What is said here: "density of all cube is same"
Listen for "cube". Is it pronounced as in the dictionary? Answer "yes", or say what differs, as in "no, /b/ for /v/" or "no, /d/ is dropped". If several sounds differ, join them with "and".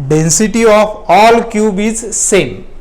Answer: yes